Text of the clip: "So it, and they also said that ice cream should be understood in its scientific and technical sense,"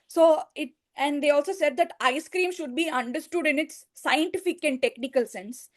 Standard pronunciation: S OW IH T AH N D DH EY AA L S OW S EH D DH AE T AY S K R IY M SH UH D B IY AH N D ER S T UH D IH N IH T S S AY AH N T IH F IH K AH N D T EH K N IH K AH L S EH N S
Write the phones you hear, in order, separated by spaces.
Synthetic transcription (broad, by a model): S OW IH T AH N D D EY AA L S OW S EH D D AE T AY S K R IY M SH UH D B IY AH N D ER S T UH D IH N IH T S S AY AH N T IH F IH K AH N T T EH K N IH K AH L S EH N S